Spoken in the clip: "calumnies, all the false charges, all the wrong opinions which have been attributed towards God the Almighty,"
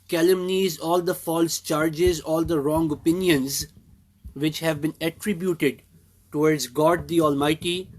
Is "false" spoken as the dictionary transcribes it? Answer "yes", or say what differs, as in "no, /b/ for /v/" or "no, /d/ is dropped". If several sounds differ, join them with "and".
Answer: yes